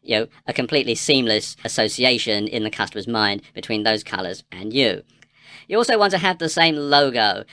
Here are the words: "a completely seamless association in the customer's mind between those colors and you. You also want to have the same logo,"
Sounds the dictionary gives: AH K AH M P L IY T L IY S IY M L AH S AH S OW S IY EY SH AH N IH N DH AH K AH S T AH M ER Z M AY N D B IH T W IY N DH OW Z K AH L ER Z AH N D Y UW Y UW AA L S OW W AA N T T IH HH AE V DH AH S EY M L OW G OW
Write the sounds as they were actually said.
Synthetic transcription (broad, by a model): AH K AH M P L IY T L IY S IY M L AH S AH S OW S IY EY SH AH N IH N DH AH K AH S T AH M ER Z M AY N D B IH T W IY N DH OW Z K AH L ER Z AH N Y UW Y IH AA L S OW W AA N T T IH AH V DH AH S EY M L OW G OW